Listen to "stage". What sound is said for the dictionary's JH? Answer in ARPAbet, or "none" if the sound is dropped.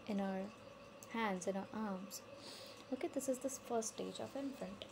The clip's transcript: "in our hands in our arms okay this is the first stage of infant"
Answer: JH